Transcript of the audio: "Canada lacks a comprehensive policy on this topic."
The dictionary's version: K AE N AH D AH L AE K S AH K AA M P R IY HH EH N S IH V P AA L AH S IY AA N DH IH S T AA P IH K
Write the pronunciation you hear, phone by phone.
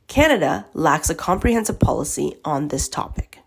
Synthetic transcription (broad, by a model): K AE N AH D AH L AE K S AH K AA M P R IY HH EH N S IH V P AA L AH S IY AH N DH IH S T AA P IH K